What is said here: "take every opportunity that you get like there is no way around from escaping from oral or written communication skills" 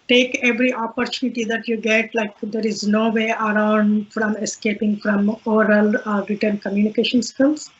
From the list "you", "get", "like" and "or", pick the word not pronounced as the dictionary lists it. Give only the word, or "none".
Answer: or